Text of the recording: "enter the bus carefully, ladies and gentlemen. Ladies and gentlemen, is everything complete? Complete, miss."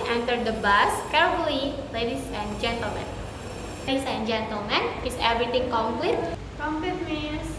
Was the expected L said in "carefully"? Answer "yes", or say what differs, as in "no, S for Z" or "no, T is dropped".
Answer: no, L is dropped